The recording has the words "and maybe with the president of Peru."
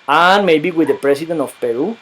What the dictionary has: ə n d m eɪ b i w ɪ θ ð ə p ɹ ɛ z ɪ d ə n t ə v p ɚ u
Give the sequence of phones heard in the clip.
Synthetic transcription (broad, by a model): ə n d m eɪ b i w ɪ ð ə p ɹ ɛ s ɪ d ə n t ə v p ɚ u